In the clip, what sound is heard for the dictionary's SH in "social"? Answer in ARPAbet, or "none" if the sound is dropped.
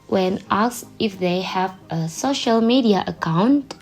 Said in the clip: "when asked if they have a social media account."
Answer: SH